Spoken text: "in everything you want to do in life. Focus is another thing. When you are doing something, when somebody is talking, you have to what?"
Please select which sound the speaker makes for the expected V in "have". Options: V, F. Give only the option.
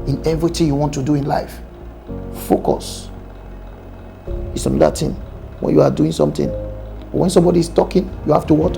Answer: F